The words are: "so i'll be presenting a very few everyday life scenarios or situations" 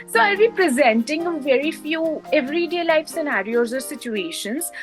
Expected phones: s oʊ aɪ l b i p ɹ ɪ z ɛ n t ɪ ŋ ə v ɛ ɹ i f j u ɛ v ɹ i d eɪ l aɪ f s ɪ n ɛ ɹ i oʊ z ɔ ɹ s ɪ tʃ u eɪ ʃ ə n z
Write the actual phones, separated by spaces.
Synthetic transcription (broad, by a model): s oʊ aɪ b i p ɹ ɪ z ɛ n t ɪ ŋ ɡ v ɛ ɹ i f j u ɛ v ɹ i d eɪ l aɪ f s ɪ n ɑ ɹ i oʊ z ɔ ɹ s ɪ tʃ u eɪ ʃ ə n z